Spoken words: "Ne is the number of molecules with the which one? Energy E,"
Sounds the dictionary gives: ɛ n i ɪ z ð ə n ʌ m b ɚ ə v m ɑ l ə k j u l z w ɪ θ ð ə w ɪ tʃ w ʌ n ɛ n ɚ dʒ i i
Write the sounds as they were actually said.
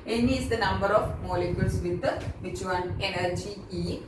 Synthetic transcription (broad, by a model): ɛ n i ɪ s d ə n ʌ m b ɚ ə f m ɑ l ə k j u l s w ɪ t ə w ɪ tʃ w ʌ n ɛ n ɚ dʒ i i